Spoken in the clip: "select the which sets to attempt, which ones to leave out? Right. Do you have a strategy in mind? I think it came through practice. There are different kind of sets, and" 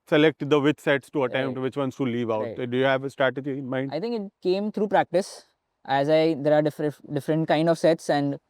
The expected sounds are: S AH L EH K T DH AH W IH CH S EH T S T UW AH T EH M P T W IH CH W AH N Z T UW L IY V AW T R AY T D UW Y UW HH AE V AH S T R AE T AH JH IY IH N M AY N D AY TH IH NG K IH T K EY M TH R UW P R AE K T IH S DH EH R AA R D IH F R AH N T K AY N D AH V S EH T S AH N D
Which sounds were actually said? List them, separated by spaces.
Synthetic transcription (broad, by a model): S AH L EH K T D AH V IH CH S EH T S T UW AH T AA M T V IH CH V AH N S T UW L IY V AW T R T D UW Y UW HH AE V AH S T R AE T AH JH IY IH N M AY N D AY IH NG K IH T K EY M T R UW P R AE K T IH S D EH R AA R D IH F R AH N T K AY N D AH V S EH T S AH N D